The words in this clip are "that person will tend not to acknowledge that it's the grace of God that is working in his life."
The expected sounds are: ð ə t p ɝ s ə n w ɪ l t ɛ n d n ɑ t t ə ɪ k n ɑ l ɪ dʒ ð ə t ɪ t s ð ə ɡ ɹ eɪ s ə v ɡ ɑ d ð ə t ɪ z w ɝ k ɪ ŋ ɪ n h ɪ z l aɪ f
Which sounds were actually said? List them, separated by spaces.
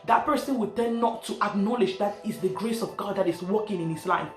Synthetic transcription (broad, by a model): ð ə t p ɝ s ə n w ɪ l t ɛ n n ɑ t t ə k n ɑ l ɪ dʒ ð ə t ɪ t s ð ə ɡ ɹ eɪ s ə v ɡ ɑ d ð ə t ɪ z w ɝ k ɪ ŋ ɪ n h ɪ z l aɪ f